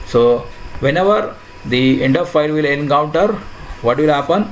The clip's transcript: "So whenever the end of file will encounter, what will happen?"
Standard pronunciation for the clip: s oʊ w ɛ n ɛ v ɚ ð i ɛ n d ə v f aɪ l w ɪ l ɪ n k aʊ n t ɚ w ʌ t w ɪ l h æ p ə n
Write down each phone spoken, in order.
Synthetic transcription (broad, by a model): s oʊ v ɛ n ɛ v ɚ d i ɛ n d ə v f aɪ l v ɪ l ɪ n k aʊ n t ɚ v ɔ t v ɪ l h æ p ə n